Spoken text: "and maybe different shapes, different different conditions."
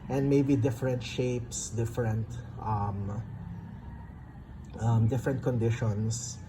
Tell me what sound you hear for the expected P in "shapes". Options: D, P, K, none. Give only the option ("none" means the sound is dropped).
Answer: P